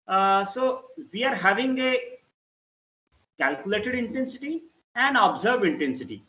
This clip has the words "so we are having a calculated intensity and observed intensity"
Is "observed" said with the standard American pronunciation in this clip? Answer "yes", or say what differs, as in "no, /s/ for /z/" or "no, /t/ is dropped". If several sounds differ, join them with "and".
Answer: no, /d/ is dropped